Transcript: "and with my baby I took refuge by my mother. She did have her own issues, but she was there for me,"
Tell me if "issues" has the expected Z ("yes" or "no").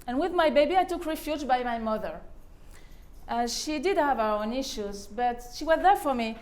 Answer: yes